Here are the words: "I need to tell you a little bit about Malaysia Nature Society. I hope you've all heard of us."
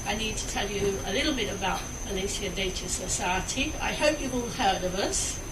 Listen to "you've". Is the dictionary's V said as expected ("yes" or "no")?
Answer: no